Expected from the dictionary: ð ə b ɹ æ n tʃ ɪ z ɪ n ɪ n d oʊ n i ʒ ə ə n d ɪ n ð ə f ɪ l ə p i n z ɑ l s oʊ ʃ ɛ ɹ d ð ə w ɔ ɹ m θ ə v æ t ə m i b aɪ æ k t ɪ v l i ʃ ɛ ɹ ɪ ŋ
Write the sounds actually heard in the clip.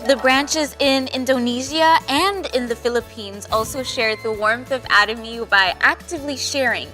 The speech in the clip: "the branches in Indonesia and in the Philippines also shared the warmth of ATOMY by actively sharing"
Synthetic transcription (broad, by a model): ð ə b ɹ æ n tʃ ɪ z ɪ n ɪ n d oʊ n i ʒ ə ə n d ɪ n ð ə f ɪ l ə p i n z ɑ l s oʊ ʃ ɛ ɹ d ð ə w ɔ ɹ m θ ə v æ t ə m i b aɪ æ k t ɪ v l i ʃ ɛ ɹ ɪ ŋ